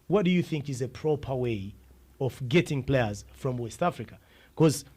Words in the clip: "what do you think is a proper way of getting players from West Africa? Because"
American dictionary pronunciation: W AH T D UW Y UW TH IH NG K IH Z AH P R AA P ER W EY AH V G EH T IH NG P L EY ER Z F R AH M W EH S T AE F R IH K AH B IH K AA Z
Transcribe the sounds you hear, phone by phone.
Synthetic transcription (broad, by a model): W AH T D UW Y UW TH IH NG K IH Z AH P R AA P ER W EY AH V G EH T IH NG P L EY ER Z F R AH M W EH S T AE F R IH K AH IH K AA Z